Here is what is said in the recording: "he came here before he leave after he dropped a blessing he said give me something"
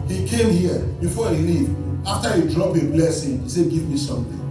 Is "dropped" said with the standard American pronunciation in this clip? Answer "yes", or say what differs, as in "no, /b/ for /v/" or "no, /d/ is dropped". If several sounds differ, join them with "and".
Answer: no, /t/ is dropped